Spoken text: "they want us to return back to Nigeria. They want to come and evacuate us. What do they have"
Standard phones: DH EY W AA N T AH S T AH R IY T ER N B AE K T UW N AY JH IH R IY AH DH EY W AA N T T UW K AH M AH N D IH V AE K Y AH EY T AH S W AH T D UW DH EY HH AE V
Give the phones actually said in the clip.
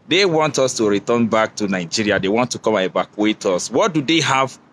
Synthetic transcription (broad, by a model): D EY W AA N T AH S T AH R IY T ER N B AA K T UW N AY JH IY R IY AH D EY W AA N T T UW K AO M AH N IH B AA K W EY T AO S W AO T D UW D EY HH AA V